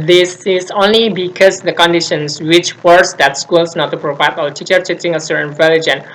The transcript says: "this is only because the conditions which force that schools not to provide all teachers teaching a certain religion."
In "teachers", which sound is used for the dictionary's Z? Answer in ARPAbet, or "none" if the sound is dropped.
none